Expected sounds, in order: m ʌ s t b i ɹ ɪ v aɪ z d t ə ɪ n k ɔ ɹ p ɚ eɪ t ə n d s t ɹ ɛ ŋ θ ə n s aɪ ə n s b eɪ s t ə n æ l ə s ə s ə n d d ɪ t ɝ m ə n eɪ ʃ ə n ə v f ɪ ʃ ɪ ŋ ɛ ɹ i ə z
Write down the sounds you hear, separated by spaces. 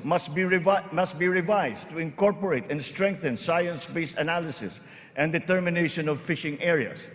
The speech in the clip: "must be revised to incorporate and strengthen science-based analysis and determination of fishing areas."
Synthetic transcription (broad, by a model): m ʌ s t b i ɹ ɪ v aɪ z t ə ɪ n k ɔ ɹ p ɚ eɪ t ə n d s t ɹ ɛ ŋ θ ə n s aɪ ə n s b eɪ s ə n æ l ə s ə s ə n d d ɪ t ɝ m ə n eɪ ʃ ə n ə v f ɪ ʃ ɪ ŋ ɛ ɹ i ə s